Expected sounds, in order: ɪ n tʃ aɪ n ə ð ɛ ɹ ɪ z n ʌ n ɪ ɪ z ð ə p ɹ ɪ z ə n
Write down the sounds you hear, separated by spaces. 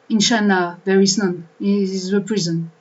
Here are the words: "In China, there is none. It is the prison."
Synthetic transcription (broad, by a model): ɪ n ʃ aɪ n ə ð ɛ ɹ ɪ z n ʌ n ɪ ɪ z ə p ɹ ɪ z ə n